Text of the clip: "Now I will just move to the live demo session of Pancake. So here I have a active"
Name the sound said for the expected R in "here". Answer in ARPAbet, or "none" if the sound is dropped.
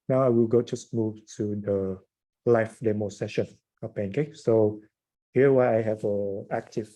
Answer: W